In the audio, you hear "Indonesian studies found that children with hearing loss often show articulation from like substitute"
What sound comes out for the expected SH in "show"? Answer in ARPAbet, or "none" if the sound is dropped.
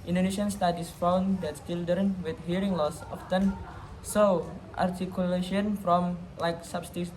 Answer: S